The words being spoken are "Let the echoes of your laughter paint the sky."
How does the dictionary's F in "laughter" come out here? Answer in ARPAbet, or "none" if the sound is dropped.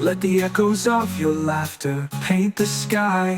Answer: F